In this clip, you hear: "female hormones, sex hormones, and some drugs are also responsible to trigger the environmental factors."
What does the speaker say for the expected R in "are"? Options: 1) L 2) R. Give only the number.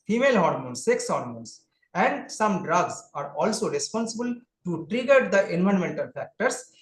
2